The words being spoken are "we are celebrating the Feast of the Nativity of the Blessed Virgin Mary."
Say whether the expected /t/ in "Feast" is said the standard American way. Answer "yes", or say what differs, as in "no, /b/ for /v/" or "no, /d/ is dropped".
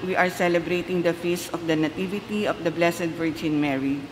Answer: no, /t/ is dropped